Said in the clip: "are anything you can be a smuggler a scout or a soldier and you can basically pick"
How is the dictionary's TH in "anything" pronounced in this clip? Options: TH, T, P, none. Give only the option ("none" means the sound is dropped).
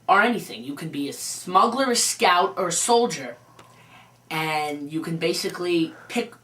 TH